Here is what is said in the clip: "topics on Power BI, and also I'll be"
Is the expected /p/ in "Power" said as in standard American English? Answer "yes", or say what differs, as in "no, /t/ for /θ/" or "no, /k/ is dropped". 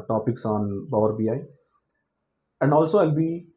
no, /b/ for /p/